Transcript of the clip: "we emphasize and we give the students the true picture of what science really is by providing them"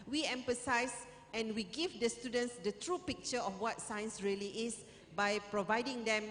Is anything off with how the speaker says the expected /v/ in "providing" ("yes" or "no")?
no